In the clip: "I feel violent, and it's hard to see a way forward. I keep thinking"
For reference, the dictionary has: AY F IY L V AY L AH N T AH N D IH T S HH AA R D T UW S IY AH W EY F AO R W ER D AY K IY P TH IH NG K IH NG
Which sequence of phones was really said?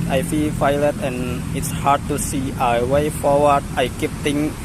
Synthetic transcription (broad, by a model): AY F IY L F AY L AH T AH N IH T S HH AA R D T UW S IY AH W EY F AO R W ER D AY K IY P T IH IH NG